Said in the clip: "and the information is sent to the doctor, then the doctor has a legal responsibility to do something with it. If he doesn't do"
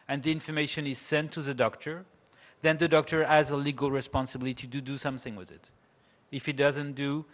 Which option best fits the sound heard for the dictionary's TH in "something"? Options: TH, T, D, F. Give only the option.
TH